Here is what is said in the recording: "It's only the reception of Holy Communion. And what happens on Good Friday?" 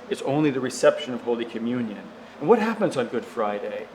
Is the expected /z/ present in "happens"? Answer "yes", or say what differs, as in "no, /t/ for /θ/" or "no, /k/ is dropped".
yes